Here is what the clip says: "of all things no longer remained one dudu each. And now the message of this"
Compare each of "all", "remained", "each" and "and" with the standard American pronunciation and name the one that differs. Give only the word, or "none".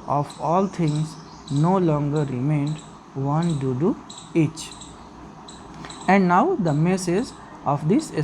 none